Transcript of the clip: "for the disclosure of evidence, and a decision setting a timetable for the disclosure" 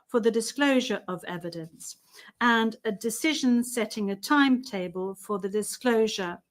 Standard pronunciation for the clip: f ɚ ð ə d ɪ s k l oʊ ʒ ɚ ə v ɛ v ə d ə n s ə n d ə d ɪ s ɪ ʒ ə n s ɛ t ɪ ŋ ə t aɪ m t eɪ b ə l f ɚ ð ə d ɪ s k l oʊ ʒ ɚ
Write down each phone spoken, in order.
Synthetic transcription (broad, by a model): f ɚ ð ə d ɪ s k l oʊ ʒ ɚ ə v ɛ v ə d ə n s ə n ə d ɪ s ɪ ʒ ə n s ɛ t ɪ ŋ ə t aɪ m t eɪ b ə l f ɚ ð ə d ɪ s k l oʊ ʒ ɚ